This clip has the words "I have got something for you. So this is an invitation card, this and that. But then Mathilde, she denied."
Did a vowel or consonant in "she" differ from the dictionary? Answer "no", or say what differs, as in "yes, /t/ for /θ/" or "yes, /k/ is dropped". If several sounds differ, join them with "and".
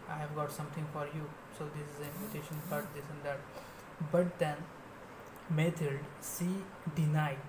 yes, /s/ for /ʃ/